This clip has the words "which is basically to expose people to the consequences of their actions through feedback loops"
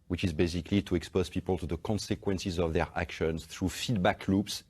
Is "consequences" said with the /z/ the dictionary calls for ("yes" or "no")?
yes